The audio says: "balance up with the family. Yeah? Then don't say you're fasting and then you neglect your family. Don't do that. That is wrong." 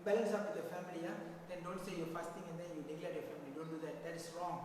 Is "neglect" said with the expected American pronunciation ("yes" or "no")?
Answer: no